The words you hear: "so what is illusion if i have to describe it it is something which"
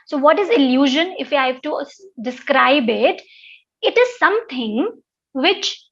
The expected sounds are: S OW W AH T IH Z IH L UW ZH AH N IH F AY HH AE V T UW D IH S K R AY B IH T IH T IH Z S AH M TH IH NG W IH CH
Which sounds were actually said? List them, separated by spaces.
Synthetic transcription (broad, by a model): S OW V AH T IH Z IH L UW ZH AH N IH F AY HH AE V T UW D IH S K R AY B IH T IH T IH Z S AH M T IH NG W IH CH